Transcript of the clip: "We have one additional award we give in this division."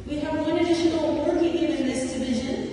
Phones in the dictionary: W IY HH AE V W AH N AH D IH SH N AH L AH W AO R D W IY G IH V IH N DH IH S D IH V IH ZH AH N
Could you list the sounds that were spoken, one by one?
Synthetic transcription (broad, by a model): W IY HH AE V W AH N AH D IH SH AH N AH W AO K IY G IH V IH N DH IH S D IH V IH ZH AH N